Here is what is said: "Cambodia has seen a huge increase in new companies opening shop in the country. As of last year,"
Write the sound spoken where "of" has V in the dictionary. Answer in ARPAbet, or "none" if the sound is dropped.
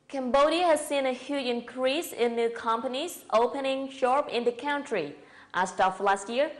F